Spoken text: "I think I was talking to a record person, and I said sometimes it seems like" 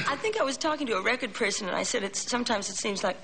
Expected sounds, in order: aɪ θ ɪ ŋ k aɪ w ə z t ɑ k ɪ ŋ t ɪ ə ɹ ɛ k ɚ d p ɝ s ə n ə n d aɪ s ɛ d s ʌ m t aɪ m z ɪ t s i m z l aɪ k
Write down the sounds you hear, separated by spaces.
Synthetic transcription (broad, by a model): aɪ θ ɪ ŋ k aɪ w ə z t ɑ k ɪ ŋ t ɪ ə ɹ ɛ k ɚ d p ɝ s ə n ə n aɪ s ɛ d s ʌ m t aɪ m z ɪ t s i m z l aɪ k